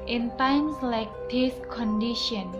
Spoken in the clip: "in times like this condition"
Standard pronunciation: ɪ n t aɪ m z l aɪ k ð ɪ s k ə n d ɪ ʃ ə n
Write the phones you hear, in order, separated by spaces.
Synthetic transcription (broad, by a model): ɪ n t aɪ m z l aɪ k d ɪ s k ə n d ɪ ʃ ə n